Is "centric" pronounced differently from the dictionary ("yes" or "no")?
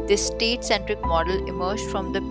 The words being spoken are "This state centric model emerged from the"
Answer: no